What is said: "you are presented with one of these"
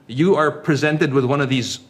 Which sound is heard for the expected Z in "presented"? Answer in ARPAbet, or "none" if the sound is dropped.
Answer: Z